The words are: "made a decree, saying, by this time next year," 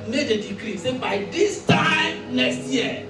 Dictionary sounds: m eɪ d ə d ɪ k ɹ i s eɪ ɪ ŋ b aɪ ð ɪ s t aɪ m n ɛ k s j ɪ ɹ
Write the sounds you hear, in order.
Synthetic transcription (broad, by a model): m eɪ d ə d ɪ k ɹ i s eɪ b aɪ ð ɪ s t aɪ m l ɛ s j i